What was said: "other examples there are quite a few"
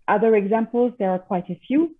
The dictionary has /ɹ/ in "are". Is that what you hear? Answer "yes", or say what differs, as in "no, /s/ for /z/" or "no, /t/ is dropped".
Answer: yes